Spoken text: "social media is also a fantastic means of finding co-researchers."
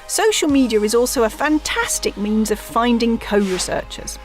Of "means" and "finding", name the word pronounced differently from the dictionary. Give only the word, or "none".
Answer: none